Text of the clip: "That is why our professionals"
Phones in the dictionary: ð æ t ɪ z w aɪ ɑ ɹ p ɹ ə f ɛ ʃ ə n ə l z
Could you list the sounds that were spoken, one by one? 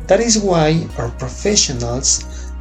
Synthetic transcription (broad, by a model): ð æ t ɪ z w aɪ ɑ ɹ p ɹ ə f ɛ ʃ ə n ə l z